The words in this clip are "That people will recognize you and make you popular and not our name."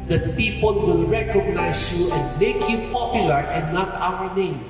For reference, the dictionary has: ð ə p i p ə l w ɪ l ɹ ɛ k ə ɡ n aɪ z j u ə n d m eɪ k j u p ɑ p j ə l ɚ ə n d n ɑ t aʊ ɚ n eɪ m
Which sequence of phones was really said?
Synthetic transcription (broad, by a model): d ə p i p ə l w ɪ l ɹ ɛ k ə ɡ n aɪ s j u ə n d m eɪ k j u p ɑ p j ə l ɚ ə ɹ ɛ n ɑ t aʊ ɚ n eɪ m